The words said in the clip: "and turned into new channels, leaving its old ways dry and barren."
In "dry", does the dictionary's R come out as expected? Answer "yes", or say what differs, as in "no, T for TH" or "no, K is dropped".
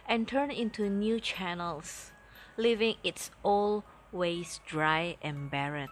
yes